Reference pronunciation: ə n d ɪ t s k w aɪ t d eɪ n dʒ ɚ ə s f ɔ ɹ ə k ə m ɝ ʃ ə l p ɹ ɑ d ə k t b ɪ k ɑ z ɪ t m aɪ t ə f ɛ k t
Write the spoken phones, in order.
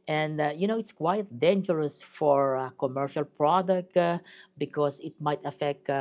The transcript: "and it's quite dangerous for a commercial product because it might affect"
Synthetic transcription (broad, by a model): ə n d ɪ t s k w aɪ t d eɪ n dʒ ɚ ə s f ɔ ɹ k ə m ɝ ʃ ə l p ɹ ɑ d ə k t b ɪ k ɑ s ɪ t m aɪ t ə f ɛ k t